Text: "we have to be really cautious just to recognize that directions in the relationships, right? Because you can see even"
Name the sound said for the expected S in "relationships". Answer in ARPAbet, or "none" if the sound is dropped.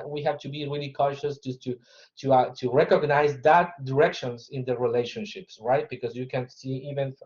S